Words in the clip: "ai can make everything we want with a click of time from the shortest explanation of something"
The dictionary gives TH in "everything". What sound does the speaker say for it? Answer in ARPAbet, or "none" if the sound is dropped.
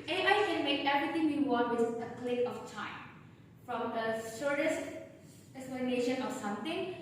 T